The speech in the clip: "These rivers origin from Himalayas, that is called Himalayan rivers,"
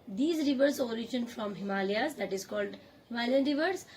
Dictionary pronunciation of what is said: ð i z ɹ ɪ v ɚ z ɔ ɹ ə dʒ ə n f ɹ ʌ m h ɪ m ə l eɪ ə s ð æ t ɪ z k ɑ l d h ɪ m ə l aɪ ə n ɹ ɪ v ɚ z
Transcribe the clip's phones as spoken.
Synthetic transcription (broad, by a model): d i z ɹ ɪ v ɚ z ɔ ɹ ə dʒ ə n f ɹ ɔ m h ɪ m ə l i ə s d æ t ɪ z k ɑ l d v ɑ ə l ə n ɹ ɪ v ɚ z